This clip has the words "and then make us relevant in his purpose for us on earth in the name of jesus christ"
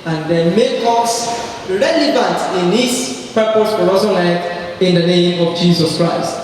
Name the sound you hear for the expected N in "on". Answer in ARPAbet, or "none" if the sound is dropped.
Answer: L